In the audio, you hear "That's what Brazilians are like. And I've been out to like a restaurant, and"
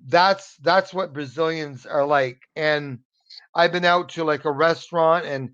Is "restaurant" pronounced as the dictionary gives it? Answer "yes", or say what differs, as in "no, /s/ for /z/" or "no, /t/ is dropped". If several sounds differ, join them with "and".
yes